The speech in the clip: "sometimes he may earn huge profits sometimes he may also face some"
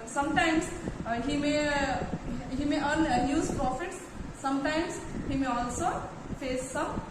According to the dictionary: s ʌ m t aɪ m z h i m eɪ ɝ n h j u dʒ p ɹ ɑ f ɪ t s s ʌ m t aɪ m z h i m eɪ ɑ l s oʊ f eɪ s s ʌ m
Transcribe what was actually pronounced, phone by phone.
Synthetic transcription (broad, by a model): s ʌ m t aɪ m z h i m eɪ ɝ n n j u z p ɹ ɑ f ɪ t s s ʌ m t aɪ m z h i m eɪ ɑ l s oʊ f eɪ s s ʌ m